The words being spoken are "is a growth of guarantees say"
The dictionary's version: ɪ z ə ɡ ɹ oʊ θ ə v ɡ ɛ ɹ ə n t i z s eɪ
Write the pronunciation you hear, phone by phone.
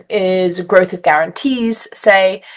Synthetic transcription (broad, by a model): ɪ z ə ɡ ɹ oʊ θ ə v ɡ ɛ ɹ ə n t i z s eɪ